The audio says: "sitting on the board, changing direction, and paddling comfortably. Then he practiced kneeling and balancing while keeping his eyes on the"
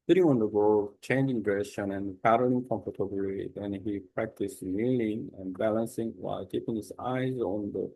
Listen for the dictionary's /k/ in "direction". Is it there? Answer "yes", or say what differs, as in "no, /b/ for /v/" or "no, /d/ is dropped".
no, /k/ is dropped